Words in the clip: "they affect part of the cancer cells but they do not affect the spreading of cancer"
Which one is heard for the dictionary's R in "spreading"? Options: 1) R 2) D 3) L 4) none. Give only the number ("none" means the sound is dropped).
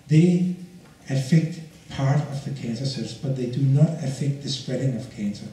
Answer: 1